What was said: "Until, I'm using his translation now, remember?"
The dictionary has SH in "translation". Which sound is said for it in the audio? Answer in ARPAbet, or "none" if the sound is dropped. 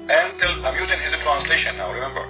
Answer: SH